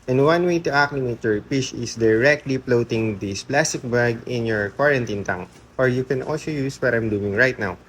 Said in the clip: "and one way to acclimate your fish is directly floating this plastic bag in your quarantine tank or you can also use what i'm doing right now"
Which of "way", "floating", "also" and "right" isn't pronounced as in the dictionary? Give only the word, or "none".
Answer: floating